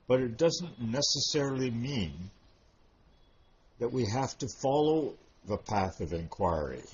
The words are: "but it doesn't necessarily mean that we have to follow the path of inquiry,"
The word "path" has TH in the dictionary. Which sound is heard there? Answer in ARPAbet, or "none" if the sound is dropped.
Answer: TH